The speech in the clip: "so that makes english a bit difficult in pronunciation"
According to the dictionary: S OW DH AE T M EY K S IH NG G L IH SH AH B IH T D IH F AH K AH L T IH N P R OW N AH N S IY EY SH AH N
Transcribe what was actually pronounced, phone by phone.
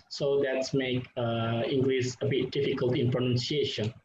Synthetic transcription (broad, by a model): S OW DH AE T M EY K IH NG G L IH S AH B IH T D IH F AH K AH L T IH N P R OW N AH N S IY EY SH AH N